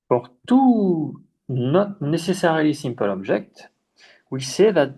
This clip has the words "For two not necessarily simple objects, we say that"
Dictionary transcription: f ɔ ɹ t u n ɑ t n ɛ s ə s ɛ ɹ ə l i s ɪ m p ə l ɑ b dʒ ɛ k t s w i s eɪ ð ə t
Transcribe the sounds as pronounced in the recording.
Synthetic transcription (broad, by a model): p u ɹ t u n ɑ t n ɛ s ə s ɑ ɹ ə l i s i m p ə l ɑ b ʒ ɛ k t w i s eɪ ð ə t